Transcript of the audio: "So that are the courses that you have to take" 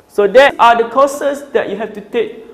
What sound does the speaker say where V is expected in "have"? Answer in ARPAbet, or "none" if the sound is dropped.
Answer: F